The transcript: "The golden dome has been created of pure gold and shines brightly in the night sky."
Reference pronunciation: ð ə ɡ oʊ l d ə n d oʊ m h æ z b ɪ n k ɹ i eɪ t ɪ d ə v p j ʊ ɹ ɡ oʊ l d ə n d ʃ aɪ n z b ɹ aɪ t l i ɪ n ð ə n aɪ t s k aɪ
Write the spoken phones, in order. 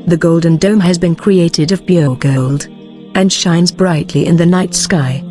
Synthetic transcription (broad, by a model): ð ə ɡ oʊ l d n d oʊ m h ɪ z b ɪ n k ɹ i eɪ t ɪ d ə v b j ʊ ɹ ɡ oʊ l d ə n ʃ aɪ n z b ɹ aɪ t l i ɪ n ð ə n aɪ t s k aɪ